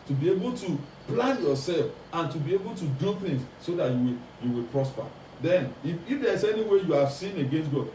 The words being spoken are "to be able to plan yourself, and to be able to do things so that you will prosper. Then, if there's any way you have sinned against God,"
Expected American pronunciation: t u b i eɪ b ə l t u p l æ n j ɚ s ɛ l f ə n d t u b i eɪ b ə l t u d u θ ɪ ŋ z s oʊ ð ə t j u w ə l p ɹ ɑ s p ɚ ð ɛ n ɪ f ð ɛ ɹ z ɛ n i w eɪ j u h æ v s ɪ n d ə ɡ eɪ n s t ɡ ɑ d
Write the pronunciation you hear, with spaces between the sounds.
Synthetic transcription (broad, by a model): t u b i eɪ b ə l t u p l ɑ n j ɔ s ɛ l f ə n t u b i eɪ b ə l t u d u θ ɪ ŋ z s oʊ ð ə t j u w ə w p ɹ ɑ s p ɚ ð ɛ n ɪ f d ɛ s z ɛ n i w eɪ j u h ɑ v s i n ə ɡ eɪ n s t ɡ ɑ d